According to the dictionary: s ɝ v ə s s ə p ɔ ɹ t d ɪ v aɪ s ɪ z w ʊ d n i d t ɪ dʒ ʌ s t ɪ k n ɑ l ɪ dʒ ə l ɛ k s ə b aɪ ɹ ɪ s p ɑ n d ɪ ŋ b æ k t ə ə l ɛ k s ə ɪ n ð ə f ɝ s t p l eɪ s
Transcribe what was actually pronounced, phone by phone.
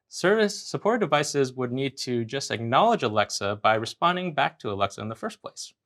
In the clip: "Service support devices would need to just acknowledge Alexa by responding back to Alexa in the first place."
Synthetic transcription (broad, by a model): s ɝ v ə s s ə p ɔ ɹ t d ɪ v aɪ s ɪ z w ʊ d n i d t ɪ dʒ ʌ s t ɪ k n ɑ l ɪ dʒ ə l ɛ k s ə b aɪ ɹ ɪ s p ɑ n d ɪ ŋ b æ k t ə ə l ɛ k s ə ɪ n ð ə f ɝ s p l eɪ s